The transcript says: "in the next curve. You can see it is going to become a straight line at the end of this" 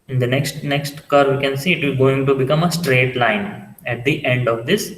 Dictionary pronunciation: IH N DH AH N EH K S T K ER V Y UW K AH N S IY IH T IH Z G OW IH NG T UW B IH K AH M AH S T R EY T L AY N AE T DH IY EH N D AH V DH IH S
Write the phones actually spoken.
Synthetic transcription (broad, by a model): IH N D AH N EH K S T K ER V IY K AH N S IY IH T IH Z G OW IH NG T UW B IH K AH M AH S T R EY T L AY N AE T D IY EH N D AH V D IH S